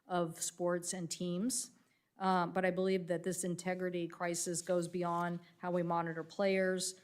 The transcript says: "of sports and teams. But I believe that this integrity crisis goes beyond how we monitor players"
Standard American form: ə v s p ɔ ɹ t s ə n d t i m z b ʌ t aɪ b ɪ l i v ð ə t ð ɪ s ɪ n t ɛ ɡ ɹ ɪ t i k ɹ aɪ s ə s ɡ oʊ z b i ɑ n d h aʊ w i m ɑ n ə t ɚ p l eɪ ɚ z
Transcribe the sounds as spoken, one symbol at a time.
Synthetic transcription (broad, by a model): ə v s p ɔ ɹ t s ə n t i m z b ʌ t aɪ b ɪ l i v ð ə t ð ɪ s ɪ n t ɛ ɡ ɹ ɪ t i k ɹ aɪ s ə s ɡ oʊ z b i ɑ n d h aʊ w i m ɑ n ə t ɚ p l eɪ ɚ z